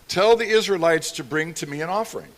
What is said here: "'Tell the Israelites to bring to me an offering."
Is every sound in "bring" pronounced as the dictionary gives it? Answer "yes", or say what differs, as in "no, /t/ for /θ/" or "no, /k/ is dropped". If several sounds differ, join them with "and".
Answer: yes